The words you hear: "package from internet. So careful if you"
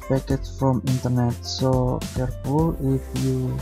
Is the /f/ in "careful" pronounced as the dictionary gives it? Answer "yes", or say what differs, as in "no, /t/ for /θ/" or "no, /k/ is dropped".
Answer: no, /p/ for /f/